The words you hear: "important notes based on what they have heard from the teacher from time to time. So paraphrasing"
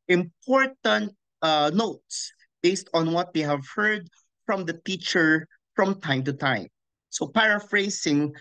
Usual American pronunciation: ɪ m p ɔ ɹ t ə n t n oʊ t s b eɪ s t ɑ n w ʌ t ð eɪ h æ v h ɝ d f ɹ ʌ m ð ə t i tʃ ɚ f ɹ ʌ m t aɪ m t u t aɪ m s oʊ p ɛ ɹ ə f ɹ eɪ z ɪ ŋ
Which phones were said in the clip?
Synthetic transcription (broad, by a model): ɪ m p ɔ ɹ t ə n t n oʊ t s b eɪ s t ɑ n w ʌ t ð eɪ h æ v h ɝ d f ɹ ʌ m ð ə t i tʃ ɚ f ɹ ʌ m t aɪ m t u t aɪ m s oʊ p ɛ ɹ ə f ɹ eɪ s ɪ ŋ